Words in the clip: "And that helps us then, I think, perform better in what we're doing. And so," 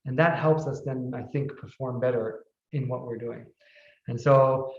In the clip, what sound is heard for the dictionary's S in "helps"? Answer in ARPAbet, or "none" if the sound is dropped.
S